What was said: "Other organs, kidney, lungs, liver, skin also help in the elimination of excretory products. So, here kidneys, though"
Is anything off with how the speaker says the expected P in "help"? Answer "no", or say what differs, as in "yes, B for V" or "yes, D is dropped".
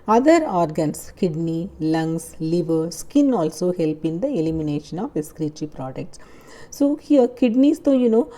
no